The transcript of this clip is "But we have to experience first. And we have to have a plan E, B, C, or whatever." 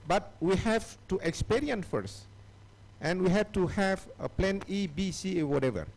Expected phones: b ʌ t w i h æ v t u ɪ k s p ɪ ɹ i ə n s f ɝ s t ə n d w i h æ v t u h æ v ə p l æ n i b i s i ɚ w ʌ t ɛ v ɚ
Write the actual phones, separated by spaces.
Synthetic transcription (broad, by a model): b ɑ t w i h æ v t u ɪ k s p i ɹ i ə n s f ɝ s t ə n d w i h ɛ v t u h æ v ə p l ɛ n i b i s i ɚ w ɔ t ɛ v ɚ